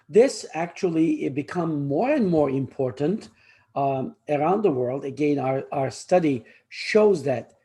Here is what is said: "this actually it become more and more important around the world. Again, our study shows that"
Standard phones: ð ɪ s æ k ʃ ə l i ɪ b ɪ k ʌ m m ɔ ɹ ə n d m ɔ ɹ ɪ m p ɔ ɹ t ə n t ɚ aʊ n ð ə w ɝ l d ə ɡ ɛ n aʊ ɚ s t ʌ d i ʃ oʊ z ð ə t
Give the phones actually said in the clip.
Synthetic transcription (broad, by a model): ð ɪ s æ k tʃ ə l i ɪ b ɪ k ʌ m m ɔ ɹ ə n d m ɔ ɹ ɪ m p ɔ ɹ t ə n t ɚ aʊ n ð ə w ɝ l d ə ɡ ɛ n aʊ ɚ s t ʌ d i ʃ oʊ z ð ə t